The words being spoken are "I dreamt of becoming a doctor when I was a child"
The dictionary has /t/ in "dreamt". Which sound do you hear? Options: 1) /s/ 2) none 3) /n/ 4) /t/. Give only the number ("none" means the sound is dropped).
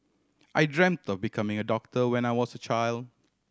4